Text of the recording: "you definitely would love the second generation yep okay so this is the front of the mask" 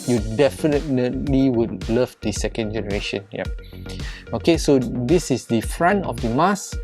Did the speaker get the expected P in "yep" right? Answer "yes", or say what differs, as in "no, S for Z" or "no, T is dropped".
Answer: no, P is dropped